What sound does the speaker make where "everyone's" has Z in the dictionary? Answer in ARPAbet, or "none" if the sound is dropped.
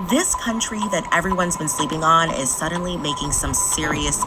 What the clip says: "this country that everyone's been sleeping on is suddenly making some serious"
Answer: Z